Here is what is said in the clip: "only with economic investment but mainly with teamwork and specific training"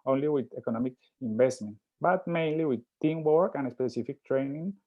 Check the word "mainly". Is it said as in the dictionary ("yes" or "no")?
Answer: yes